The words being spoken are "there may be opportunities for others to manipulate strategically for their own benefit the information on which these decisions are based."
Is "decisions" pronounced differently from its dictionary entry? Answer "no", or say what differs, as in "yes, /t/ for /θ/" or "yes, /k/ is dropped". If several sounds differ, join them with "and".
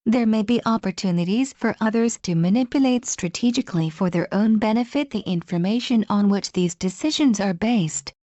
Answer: no